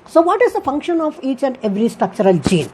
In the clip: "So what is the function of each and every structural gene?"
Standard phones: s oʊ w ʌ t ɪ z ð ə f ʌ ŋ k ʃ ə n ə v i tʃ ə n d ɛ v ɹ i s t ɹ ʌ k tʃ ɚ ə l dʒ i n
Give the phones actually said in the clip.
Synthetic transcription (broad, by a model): s oʊ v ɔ t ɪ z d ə f ʌ ŋ k ʃ ə n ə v i tʃ ə n d ɛ v ɹ i s t ɹ ʌ k tʃ ɚ ə l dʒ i n